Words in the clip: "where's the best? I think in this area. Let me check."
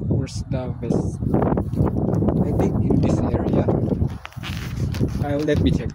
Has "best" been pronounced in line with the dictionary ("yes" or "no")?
no